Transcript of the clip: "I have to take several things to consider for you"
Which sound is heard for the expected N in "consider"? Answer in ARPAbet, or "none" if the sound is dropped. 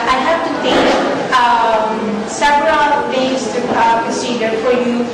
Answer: none